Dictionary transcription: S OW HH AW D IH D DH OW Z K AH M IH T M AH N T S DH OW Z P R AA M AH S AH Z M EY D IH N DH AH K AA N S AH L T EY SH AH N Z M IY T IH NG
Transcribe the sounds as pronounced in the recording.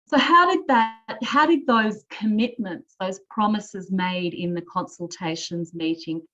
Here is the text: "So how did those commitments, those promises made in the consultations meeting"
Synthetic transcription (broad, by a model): S OW HH AW D IH D DH OW Z K AH M IH T M AH N T S DH OW Z P R AA M AH S AH Z M EY D IH N DH AH K AA N S AH L T EY SH AH N Z M IY T IH NG